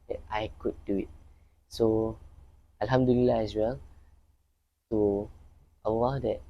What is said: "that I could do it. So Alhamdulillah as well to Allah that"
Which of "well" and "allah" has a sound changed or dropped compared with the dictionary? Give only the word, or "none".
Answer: allah